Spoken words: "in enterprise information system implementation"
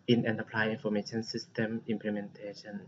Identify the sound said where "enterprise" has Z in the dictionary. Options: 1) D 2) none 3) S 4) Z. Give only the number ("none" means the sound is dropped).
2